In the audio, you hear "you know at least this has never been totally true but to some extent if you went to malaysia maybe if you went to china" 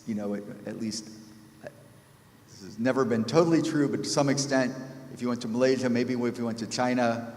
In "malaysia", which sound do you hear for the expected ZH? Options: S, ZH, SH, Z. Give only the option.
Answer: ZH